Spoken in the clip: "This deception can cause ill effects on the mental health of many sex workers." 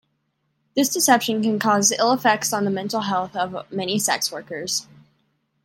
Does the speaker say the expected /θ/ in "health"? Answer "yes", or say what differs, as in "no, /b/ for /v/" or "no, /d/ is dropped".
yes